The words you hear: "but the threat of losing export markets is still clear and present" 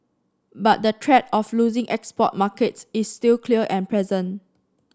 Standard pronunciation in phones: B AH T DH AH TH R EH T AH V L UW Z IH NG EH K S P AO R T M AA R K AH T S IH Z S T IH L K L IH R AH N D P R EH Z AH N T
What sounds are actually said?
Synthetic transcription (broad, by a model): B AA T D AH T R EH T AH F L UW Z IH NG EH K S P AO T M AA K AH T S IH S T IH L K L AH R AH N P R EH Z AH N